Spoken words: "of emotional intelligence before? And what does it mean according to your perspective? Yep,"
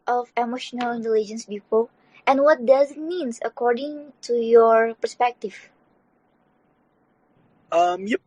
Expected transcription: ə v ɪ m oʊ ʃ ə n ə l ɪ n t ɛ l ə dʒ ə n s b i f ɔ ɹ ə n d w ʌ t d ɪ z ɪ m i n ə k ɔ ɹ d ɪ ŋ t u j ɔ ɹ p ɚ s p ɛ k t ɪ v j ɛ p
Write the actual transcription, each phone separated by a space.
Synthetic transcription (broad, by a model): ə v ɪ m oʊ ʃ ə n ə l ɪ n t ɛ l ə dʒ ə n s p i p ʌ l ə n w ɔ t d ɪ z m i n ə k ɔ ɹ d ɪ ŋ t u j ɔ ɹ p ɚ s p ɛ k t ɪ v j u